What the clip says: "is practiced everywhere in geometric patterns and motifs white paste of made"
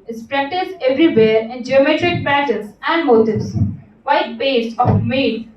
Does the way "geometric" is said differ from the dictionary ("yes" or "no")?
no